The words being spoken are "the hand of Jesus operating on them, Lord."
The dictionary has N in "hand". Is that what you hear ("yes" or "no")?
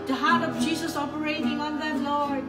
no